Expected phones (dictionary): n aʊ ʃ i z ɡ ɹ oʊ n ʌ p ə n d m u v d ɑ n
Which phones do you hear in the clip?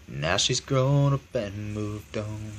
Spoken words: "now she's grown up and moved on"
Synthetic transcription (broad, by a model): n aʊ ʃ i z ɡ ɹ oʊ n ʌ b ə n m u v d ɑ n